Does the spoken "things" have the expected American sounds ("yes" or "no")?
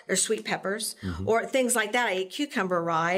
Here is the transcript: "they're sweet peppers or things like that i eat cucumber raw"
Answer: yes